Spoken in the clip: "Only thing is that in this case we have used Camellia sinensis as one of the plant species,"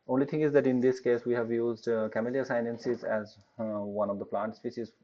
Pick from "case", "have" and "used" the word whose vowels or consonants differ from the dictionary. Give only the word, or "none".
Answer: none